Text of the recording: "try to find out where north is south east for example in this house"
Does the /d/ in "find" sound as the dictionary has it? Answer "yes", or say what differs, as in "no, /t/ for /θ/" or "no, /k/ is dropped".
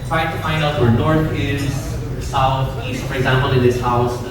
yes